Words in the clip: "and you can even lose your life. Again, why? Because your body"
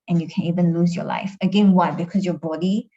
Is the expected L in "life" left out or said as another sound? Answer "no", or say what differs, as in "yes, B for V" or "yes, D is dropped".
no